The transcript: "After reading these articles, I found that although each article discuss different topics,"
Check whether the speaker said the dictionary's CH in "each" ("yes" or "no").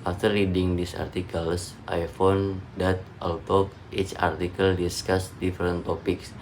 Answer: yes